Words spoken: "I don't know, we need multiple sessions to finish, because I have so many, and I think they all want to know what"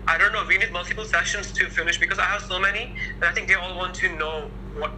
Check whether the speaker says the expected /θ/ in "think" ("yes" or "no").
yes